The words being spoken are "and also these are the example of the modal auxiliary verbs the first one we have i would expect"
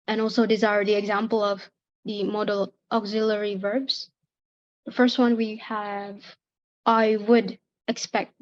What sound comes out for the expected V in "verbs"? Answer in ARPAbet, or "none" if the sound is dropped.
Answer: V